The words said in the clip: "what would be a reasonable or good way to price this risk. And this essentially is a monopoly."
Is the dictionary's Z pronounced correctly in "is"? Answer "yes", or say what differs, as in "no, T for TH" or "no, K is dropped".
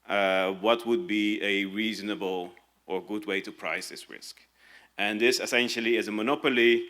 yes